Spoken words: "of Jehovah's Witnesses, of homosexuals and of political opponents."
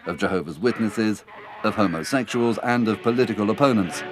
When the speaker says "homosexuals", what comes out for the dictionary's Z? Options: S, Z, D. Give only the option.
Z